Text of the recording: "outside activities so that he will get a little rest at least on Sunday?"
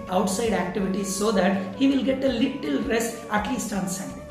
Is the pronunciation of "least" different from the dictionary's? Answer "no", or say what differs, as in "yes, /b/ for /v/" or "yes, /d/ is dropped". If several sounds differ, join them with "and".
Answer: no